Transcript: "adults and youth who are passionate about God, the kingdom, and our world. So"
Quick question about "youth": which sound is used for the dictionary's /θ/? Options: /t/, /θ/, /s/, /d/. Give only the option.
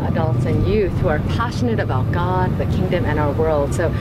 /θ/